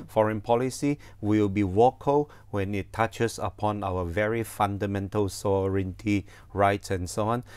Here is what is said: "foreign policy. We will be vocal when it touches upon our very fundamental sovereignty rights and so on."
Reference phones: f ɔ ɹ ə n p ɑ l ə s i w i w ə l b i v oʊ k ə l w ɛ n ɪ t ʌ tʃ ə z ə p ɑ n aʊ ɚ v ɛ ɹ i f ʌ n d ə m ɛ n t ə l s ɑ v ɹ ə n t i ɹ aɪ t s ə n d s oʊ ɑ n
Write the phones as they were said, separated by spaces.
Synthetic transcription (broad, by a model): f ɔ ɹ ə n p ɑ l ə s i w i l b i w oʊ k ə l w ɛ n ɪ t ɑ tʃ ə s ə p ɑ n aʊ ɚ v ɛ ɹ i f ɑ n d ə m ɛ n t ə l s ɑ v ɹ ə n t i ɹ aɪ t s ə n s oʊ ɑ n